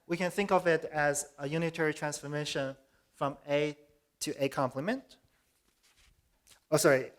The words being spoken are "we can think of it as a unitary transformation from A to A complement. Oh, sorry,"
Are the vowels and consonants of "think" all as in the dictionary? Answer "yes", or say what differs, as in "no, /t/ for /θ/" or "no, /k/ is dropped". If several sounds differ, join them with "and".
yes